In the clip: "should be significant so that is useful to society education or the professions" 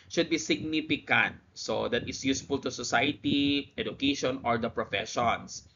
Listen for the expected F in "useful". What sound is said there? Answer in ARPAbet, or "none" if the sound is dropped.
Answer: F